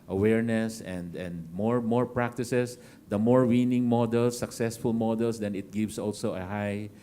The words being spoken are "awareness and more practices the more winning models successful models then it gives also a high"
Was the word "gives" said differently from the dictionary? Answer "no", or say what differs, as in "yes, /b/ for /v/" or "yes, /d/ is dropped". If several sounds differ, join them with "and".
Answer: yes, /s/ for /z/